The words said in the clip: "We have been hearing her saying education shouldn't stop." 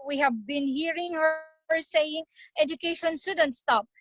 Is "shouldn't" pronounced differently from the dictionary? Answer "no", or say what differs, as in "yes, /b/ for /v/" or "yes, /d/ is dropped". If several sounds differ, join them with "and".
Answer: yes, /s/ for /ʃ/